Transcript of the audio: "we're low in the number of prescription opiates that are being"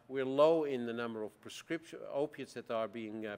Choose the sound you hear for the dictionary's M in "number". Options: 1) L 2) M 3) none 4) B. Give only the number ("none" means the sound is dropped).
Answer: 2